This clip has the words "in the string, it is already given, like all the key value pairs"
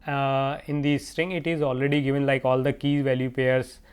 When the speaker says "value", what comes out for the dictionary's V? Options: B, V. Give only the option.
V